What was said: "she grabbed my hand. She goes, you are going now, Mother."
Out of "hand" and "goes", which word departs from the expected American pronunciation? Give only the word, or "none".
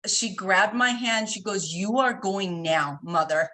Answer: none